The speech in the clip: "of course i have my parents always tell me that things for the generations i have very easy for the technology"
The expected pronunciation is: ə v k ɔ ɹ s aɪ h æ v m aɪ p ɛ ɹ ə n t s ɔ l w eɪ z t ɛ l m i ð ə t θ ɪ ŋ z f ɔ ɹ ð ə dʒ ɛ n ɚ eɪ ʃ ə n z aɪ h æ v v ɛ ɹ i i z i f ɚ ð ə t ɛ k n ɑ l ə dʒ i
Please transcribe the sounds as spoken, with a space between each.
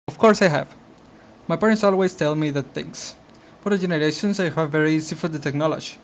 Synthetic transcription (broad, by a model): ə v k ɔ ɹ s aɪ h æ v m aɪ p ɛ ɹ ə n t s ɔ l w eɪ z t ɛ l m i ð ə t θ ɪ ŋ s f ɔ ɹ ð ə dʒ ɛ n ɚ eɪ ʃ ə n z aɪ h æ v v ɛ ɹ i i s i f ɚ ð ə t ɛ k n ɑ l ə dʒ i